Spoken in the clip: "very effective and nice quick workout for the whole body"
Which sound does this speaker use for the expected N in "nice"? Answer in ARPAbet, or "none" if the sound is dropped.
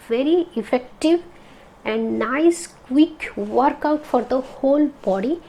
N